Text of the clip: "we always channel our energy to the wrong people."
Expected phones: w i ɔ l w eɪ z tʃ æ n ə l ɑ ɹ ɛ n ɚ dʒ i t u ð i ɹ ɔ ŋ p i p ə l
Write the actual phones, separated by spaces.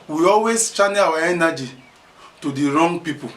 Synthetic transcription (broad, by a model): w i ɔ l w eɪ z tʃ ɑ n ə w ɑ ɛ n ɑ dʒ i t u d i ɹ ɔ ŋ p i p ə